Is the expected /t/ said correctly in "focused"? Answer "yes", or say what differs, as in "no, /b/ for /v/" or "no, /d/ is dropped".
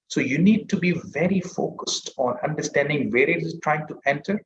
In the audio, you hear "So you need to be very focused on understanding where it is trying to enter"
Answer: yes